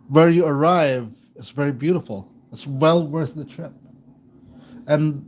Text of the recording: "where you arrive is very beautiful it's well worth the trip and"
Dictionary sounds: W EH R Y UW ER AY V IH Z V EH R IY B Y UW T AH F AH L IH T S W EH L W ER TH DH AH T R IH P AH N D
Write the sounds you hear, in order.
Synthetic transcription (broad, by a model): W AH R Y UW ER AY V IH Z V EH R IY B Y UW T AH F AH L IH T S W EH L W ER TH DH AH T R IH P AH N